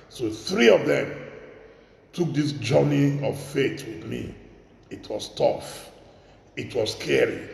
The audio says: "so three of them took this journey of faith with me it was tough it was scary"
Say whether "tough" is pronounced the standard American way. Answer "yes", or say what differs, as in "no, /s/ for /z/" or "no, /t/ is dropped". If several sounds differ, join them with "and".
yes